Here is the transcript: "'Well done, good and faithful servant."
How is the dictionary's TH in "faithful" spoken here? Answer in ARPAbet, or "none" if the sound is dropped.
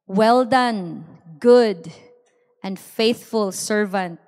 TH